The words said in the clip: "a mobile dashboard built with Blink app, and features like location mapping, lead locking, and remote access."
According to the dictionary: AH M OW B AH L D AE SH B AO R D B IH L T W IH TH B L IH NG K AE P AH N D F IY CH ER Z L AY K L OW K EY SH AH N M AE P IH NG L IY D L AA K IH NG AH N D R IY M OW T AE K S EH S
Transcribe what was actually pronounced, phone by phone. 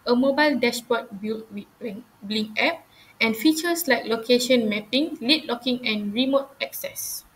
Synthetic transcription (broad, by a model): AH M OW B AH L D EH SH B AO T B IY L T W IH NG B L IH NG EH P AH N F IY CH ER S L AY K L OW K EY SH AH N M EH P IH NG L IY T L AA K IH NG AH N R IY M OW T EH K S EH S